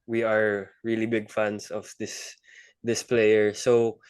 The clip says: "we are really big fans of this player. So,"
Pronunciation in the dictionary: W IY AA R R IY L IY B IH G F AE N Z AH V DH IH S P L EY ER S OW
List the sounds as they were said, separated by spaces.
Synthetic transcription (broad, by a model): W IY AA R R IY L IY B IH G F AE N S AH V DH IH S P L EY ER S OW